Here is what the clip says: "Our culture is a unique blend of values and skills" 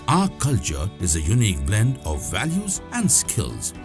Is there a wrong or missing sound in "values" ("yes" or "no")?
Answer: no